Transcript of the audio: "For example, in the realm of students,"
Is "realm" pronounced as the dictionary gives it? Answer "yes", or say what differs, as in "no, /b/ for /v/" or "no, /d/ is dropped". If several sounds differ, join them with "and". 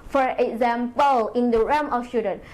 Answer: no, /l/ is dropped